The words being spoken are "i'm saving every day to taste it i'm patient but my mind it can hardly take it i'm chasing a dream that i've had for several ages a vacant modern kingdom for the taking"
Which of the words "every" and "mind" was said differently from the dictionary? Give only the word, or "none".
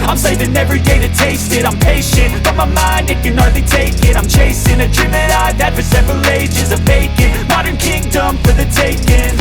none